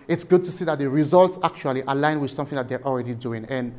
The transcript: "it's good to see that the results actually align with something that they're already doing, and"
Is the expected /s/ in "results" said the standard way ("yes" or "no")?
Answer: yes